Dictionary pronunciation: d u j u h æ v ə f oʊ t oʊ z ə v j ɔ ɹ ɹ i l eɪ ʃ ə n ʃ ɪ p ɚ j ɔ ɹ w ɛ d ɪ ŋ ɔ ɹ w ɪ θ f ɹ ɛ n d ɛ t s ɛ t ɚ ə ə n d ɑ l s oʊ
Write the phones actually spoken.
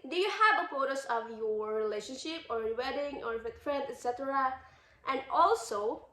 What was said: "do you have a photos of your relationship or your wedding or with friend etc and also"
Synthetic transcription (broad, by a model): d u j u h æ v ə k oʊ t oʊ s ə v j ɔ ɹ ɹ i l eɪ ʃ ə n ʃ ɪ p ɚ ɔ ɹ w ɛ d ɪ ŋ ɔ ɹ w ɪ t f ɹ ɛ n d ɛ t s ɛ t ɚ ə ə n d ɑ l s oʊ